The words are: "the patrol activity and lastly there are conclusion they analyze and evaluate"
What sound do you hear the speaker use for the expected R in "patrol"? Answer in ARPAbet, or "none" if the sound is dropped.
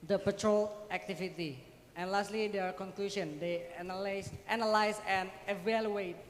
R